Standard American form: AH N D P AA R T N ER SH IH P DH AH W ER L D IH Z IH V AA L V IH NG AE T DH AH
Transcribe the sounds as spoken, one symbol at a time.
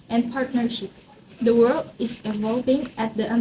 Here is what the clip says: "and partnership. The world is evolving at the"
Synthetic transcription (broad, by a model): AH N P AA R T N ER SH IH P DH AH W ER L D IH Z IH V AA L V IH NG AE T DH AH